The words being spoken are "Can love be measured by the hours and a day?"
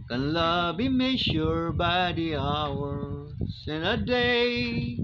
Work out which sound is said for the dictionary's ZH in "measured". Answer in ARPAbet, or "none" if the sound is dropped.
SH